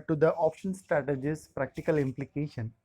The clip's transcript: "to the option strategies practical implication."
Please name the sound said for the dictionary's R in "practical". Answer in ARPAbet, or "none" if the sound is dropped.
R